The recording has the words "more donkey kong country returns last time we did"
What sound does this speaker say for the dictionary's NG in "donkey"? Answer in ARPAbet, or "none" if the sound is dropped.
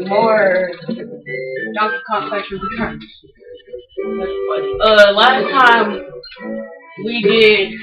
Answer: none